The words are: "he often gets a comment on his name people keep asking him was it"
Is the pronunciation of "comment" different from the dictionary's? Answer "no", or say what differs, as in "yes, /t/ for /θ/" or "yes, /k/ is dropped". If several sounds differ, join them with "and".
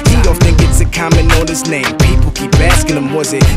yes, /t/ is dropped